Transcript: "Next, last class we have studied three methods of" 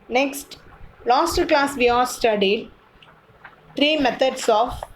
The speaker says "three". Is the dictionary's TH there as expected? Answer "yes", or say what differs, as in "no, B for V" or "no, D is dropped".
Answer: no, T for TH